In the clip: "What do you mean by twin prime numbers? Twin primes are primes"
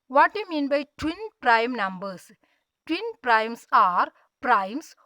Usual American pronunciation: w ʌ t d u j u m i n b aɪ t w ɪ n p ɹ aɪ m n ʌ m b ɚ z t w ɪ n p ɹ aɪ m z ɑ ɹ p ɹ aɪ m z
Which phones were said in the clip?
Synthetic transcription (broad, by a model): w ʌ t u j m i n b aɪ t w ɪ n p ɹ aɪ m n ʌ m b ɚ s t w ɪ n p ɹ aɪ m s ɑ ɹ p ɹ aɪ m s